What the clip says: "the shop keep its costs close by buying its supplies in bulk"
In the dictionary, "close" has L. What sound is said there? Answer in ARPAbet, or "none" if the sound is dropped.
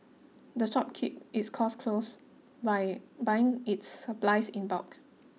L